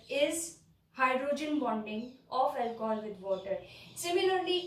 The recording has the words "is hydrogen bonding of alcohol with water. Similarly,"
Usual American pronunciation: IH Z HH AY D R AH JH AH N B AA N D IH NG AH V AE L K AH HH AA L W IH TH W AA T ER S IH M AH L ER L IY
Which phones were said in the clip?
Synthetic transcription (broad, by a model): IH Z HH AY D R AH JH AH N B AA N D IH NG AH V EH L K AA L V IH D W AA T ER S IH M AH L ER L IY